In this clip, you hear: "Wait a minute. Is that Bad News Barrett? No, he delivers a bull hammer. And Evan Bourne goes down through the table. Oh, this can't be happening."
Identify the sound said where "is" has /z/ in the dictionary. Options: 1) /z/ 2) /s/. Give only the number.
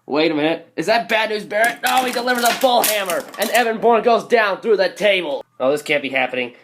1